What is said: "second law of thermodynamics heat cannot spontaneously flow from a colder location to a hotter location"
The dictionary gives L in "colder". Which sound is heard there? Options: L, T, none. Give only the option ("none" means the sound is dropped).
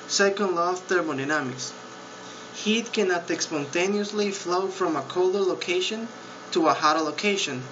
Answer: L